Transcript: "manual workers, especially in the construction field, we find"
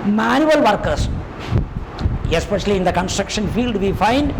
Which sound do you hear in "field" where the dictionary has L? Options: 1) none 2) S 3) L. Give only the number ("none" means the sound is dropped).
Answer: 3